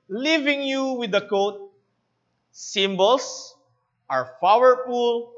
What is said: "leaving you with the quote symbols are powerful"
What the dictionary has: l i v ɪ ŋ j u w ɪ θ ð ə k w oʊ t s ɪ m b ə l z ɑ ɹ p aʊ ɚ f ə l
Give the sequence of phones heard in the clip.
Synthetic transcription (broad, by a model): l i v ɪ ŋ j u w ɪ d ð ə k oʊ t s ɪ m b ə l s ɑ ɹ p aʊ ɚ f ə l